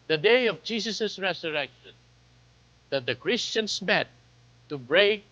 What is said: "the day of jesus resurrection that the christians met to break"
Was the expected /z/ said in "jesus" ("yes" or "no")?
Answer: no